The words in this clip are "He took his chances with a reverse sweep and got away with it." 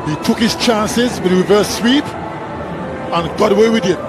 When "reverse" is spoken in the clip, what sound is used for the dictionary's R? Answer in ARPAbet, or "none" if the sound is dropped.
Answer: W